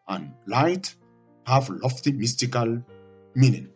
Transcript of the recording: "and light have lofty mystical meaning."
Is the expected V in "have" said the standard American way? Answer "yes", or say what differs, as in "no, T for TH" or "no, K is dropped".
no, F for V